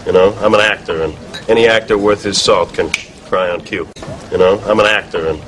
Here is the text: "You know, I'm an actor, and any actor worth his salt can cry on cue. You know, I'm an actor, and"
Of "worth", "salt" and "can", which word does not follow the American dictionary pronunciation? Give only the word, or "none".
none